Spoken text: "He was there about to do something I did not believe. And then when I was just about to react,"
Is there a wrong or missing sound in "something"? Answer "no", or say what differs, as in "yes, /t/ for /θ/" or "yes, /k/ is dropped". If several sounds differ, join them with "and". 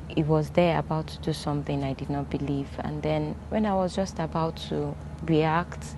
no